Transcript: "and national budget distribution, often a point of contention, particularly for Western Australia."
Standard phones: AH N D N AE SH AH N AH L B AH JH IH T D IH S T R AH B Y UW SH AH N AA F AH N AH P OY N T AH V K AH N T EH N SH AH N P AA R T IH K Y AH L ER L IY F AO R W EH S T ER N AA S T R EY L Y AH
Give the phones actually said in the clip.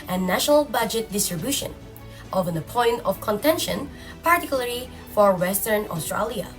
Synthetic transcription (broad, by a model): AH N N AE SH AH N AH L B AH JH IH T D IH S T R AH B Y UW SH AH N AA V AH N AH P OY N T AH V K AH N T EH N SH AH N P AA R T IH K Y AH L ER L IY F AO R W EH S T ER N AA S T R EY L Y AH